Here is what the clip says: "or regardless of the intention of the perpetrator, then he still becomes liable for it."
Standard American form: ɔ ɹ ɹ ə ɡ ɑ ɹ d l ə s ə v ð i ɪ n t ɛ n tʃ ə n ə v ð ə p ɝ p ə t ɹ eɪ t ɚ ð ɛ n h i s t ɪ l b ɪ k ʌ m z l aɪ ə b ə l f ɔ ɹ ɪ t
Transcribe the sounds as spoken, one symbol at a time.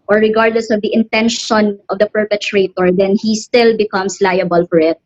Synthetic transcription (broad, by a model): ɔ ɹ ɹ ə ɡ ɑ ɹ d l ə s ə v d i ɪ n t ɛ n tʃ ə n ə v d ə p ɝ p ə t ɹ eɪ t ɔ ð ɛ n h i s t ɪ l b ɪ k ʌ m s l aɪ ə b ə l f ɔ ɹ ɪ t